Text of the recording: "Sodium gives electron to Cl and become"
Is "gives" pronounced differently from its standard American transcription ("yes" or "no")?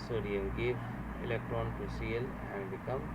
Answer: yes